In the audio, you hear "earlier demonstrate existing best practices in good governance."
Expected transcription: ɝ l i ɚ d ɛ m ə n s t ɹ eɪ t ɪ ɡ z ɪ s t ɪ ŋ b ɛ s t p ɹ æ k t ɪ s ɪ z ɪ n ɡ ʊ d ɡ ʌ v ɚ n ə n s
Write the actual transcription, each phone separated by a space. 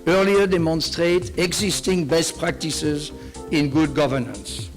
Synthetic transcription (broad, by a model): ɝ l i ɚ d ɛ m ə n s t ɹ eɪ t ɪ ɡ z ɪ s t ɪ ŋ b ɛ s t p ɹ æ k t ɪ s ɪ z ɪ n ɡ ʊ d ɡ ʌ v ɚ n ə n s